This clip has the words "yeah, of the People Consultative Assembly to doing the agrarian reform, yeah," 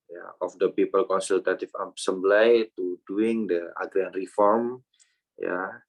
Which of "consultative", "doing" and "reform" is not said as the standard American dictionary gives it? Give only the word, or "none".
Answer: consultative